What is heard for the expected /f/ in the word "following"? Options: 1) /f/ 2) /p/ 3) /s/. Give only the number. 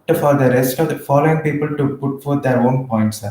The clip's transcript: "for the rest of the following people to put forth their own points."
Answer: 1